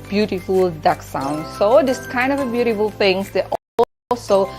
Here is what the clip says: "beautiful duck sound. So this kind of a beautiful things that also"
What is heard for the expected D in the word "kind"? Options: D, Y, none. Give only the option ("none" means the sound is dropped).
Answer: D